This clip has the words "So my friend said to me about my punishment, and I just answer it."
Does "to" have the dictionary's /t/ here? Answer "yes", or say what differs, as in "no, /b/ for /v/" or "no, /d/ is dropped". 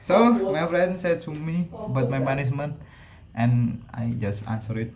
no, /s/ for /t/